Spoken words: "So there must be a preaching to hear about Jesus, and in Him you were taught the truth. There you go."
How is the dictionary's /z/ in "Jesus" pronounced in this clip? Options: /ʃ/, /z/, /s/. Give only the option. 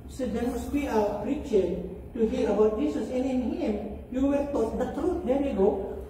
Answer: /s/